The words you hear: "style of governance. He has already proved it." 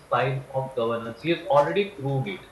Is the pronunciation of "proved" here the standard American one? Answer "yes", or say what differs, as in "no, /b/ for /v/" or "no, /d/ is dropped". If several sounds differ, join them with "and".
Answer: no, /v/ is dropped